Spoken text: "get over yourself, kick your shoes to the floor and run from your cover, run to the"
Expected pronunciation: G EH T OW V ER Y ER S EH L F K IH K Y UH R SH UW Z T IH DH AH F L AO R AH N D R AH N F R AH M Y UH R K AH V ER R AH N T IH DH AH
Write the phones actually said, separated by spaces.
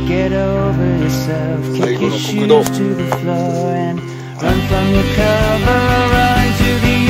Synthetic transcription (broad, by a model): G EH T OW V ER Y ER S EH L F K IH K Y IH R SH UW T IH DH AH F L AO R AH N R AH N F R AH M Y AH R K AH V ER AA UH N T IH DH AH